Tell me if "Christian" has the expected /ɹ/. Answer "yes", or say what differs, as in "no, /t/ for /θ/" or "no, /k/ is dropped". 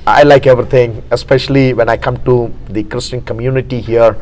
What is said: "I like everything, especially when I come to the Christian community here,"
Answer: yes